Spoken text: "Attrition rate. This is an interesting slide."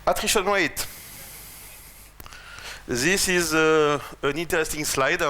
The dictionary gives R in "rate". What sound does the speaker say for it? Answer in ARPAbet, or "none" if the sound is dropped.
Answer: W